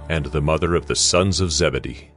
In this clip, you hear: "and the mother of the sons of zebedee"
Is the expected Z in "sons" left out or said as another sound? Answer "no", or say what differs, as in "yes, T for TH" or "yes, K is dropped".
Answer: no